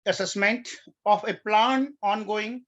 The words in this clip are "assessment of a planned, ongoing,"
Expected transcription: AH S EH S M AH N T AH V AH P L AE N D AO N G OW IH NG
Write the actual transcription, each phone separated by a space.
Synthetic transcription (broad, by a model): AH S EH S M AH N T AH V AH P L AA N AO N G OW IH NG